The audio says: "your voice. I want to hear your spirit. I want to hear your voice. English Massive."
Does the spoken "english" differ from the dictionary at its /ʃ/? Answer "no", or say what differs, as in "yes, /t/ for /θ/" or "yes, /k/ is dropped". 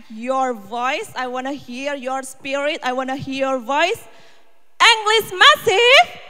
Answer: yes, /s/ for /ʃ/